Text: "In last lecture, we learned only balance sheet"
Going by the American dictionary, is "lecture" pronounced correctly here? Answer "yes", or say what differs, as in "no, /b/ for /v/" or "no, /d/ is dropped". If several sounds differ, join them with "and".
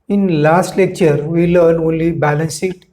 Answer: yes